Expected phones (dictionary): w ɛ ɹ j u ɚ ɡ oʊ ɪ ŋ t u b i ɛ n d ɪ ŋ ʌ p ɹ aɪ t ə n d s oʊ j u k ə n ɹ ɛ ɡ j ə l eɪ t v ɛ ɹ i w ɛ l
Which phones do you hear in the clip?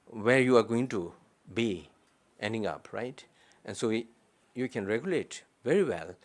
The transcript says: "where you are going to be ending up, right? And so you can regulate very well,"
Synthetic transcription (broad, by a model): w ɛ ɹ j u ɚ ɡ oʊ ɪ ŋ t u b i ɛ n d ɪ ŋ ʌ p ɹ aɪ t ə n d s oʊ j u k ə n ɹ ɛ ɡ j ə l eɪ t v ɛ ɹ i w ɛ l